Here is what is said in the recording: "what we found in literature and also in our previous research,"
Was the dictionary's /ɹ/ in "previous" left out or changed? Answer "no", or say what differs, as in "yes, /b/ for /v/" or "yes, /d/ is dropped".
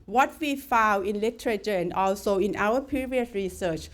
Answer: yes, /ɹ/ is dropped